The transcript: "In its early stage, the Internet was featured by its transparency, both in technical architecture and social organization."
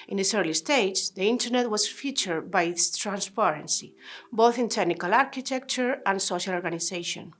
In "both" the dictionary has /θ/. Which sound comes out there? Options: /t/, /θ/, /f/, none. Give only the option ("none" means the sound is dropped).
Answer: /θ/